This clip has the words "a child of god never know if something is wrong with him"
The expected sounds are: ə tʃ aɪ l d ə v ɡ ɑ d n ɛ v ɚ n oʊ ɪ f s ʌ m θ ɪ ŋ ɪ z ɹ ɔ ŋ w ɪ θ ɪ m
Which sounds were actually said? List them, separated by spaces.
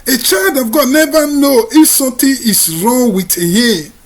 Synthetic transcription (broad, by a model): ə tʃ aɪ l d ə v ɡ ɑ d n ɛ v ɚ n oʊ ɪ f s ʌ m t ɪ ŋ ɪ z ɹ ɔ ŋ w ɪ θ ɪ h